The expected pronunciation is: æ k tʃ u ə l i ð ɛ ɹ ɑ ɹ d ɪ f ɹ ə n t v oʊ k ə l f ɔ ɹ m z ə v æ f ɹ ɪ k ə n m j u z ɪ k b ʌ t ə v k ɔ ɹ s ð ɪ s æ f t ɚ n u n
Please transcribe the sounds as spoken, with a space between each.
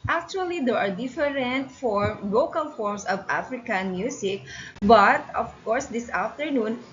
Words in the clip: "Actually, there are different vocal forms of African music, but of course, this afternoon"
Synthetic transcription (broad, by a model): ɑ k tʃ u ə l i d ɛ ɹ ɑ ɹ d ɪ f ɹ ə n t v oʊ k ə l f ɔ ɹ m s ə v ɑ f ɹ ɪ k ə n m j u s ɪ k b ʌ t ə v k ɔ ɹ s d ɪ s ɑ f t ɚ n u n